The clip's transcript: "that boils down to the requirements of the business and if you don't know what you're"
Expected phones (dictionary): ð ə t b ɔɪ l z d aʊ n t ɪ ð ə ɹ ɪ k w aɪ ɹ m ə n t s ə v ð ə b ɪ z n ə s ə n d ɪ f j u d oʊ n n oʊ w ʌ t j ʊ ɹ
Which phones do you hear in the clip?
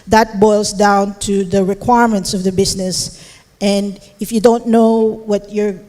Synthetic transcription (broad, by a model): ð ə t b ɔɪ l z d aʊ n t ɪ ð ə ɹ ɪ k w aɪ ɹ m ə n t s ə v ð ə b ɪ z n ə s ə n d ɪ f j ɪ d oʊ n n oʊ w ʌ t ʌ ɹ